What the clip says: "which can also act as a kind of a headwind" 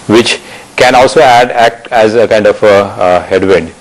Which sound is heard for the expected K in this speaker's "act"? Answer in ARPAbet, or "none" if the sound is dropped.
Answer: K